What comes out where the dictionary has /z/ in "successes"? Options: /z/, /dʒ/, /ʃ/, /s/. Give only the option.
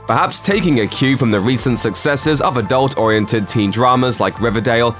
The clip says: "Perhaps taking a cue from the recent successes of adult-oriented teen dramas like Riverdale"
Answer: /z/